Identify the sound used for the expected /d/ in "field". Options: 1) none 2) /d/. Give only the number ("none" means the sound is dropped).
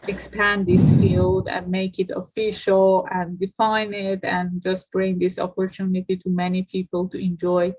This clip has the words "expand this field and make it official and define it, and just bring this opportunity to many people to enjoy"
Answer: 2